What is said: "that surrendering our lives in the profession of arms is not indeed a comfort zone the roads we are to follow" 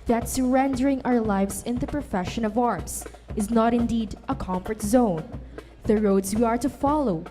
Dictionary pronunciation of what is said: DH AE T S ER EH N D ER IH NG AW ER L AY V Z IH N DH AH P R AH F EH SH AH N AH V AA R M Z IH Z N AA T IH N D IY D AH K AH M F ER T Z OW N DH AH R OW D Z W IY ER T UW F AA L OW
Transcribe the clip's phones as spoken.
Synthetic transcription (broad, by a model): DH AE T S ER EH N D ER IH NG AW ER L AY V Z IH N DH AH P R AH F EH SH AH N AH V AA R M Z IH Z N AA T IH N D IY D AH K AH M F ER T Z OW N DH AH R OW D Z W IY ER T UW F AA L OW